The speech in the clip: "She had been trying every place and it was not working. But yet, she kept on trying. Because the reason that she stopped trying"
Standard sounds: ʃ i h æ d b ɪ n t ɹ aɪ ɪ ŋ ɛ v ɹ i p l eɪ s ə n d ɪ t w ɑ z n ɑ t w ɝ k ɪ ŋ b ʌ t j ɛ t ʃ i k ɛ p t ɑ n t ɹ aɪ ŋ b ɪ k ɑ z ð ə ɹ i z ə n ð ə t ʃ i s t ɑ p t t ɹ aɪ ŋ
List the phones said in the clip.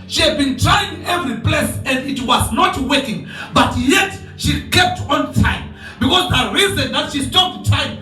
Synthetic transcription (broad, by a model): ʃ i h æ d b ɪ n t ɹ aɪ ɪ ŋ ɛ v ɹ i p l eɪ s ə n d ɪ t w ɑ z n ɑ t w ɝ k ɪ ŋ b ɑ t j ɛ t ʃ i k ɛ p t ɑ n t aɪ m b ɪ k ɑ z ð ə ɹ i z ə n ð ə t ʃ i s t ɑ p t t aɪ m